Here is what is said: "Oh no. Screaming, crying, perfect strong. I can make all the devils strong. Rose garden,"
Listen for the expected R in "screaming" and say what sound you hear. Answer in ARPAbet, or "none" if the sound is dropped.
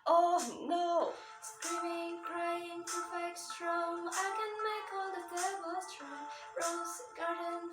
R